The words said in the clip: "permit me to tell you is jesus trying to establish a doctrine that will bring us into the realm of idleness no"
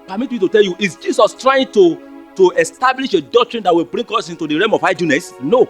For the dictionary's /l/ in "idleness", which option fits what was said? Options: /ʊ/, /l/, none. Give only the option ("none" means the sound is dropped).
none